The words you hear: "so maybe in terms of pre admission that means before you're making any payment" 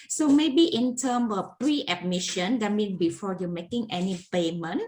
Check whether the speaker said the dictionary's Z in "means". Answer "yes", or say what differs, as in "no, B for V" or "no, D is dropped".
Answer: no, Z is dropped